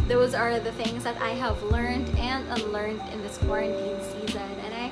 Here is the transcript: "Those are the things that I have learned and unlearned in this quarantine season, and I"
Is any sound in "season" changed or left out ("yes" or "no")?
no